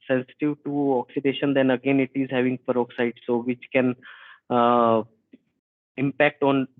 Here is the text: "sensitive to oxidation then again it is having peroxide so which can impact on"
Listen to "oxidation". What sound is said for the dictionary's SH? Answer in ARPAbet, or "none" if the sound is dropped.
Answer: SH